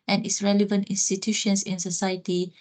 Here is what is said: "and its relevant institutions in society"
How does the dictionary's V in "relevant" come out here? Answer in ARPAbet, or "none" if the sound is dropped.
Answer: V